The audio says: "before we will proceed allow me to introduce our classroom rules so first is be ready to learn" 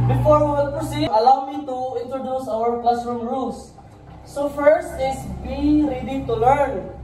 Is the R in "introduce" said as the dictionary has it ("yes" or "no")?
yes